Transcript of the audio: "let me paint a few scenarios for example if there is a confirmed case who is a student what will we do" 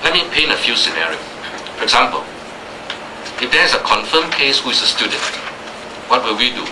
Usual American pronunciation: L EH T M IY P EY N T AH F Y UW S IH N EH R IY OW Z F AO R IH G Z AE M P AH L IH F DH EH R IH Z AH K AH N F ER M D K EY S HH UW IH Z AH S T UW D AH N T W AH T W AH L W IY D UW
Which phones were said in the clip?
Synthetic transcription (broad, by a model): L EH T M IY P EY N AH F Y UW S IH N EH R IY OW S F AO R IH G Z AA M P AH L IH F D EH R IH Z AH K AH N F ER M K EY S HH UW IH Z AH S T UW D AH N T W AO T W AH L W IY D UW